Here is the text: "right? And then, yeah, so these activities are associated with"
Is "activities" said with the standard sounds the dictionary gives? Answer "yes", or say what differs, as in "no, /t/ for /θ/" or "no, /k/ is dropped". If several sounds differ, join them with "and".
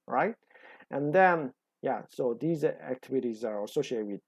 yes